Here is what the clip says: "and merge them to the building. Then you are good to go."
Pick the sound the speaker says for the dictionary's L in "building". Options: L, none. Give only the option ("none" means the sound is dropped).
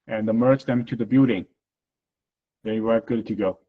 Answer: none